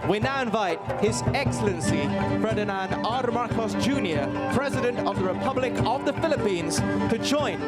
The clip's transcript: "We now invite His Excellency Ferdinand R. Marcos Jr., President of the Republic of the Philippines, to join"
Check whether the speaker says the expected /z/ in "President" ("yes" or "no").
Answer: yes